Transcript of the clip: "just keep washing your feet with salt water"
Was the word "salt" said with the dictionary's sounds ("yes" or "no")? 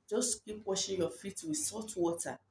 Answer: no